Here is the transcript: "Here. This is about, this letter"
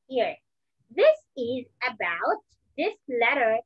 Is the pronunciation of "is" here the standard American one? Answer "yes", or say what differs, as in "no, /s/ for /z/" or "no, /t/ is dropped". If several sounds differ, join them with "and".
yes